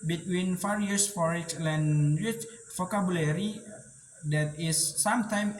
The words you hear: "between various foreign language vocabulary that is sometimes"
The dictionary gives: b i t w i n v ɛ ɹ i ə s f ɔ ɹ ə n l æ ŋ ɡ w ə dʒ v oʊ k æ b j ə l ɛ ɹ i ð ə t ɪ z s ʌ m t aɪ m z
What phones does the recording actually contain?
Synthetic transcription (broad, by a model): b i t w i n f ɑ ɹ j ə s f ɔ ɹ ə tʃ l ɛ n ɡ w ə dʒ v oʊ k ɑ b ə l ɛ ɹ i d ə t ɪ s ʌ m t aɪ m